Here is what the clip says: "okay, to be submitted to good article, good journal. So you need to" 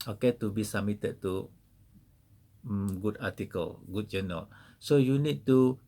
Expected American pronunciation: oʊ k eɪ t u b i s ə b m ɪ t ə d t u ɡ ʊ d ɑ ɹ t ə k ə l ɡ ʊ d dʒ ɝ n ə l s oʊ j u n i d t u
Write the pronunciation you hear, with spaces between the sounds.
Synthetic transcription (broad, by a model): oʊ k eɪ t u b i s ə m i t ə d t u ɡ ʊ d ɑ t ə k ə l ɡ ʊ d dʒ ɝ n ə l s oʊ j u n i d t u